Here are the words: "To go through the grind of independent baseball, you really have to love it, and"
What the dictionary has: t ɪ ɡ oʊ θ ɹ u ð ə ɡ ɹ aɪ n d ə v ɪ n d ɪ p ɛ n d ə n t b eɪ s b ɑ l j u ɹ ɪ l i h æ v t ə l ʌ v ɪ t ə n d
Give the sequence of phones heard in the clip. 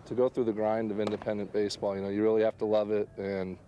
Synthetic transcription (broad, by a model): t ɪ ɡ oʊ θ ɹ u ð ə ɡ ɹ aɪ n d ə v ɪ n d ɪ p ɛ n d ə n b eɪ s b ɑ l j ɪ ɹ ɪ l i h æ f t ə l ʌ v ɪ t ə n